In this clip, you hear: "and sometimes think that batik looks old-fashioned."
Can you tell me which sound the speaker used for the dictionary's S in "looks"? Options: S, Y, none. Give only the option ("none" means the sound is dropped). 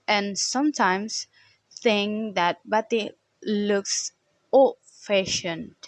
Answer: S